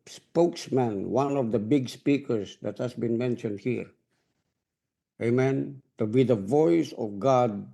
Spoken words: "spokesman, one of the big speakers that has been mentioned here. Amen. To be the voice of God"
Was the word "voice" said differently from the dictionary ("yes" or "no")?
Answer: no